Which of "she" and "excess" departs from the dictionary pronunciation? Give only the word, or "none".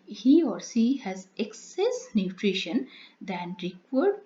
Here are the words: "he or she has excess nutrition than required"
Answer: she